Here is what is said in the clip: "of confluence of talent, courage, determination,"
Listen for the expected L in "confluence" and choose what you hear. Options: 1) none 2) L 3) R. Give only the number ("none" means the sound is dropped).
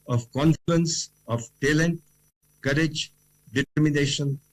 2